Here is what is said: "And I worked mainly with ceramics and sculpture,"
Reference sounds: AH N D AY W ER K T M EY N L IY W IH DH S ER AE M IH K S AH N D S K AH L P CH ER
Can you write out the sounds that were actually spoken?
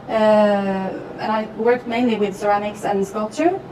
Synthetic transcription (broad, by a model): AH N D AY W ER K T M EY N L IY W IH DH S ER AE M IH K S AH N S K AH L P CH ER